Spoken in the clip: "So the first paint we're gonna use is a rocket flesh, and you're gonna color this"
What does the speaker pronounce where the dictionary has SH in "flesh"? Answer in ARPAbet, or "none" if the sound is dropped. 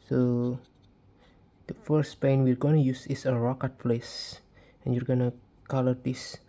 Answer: S